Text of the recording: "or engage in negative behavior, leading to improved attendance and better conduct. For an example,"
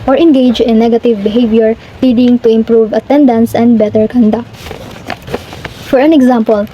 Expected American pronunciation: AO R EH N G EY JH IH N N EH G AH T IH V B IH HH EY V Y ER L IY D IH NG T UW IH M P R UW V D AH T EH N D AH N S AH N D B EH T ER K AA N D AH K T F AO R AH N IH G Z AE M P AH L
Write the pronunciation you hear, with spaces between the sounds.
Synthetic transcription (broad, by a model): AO R EH N G EY JH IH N N EH G AH T IH V B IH HH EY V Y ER L IY D IH NG T UW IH M P R UW V AH T EH N D AH N S AH N D B EH T ER K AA N D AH K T F AO R AH N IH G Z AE M P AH L